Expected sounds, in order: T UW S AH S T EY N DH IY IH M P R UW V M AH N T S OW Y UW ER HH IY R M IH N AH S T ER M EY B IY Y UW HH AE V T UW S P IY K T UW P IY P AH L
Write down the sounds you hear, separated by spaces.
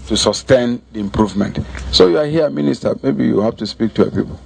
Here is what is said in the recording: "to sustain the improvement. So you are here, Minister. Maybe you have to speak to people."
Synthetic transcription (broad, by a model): T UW S AH S T EY N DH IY IH M P R UW V M AH N T S OW Y UW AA HH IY M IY N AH S T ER M EY B IY Y UW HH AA F T UW S P IY K T UW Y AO P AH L